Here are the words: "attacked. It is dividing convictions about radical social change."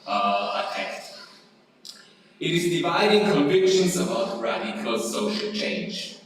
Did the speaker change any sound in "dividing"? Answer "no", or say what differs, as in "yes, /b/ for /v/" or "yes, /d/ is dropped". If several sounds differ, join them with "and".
no